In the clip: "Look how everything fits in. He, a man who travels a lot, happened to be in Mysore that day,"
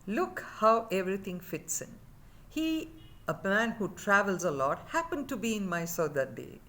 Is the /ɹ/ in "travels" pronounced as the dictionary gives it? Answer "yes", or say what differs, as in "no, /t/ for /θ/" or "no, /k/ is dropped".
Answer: yes